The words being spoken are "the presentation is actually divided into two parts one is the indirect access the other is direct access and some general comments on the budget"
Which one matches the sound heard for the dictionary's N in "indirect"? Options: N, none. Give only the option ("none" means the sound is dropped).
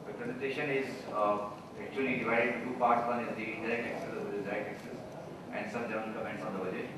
none